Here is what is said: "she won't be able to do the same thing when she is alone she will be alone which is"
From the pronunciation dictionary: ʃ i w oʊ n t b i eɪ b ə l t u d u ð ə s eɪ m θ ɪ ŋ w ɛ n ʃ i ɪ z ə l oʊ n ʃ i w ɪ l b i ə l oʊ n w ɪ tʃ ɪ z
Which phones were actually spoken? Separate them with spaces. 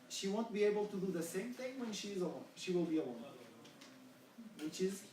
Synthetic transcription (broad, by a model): ʃ i w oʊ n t b i eɪ b ə l t u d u ð ə s eɪ m θ ɪ ŋ w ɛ n ʃ i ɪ z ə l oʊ ʃ i w ɪ l b i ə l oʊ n w ɪ tʃ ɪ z